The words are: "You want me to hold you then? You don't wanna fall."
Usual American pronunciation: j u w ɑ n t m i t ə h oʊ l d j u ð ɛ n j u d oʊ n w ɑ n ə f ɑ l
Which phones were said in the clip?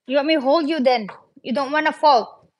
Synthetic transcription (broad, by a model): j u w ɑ t m i h oʊ l d j u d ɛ n j u d oʊ n w ɑ n ə f ɑ l